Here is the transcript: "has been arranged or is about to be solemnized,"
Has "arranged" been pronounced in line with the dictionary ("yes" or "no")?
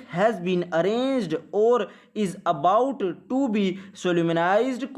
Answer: yes